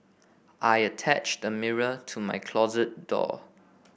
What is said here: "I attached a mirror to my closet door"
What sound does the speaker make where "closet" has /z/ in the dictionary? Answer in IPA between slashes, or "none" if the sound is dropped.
/z/